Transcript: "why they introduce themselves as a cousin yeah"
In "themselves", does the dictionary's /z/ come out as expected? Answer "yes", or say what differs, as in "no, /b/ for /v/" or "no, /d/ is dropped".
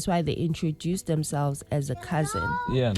yes